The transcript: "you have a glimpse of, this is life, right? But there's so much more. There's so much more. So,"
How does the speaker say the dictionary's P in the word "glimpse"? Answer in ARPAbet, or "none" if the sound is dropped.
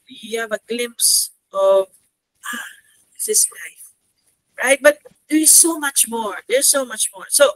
P